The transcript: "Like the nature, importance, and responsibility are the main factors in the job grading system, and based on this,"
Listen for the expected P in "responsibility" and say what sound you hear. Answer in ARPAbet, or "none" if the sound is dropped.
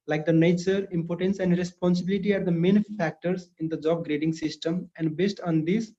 P